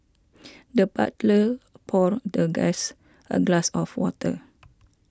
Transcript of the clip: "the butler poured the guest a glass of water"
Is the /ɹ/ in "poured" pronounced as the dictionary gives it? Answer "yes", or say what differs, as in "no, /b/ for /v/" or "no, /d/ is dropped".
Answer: yes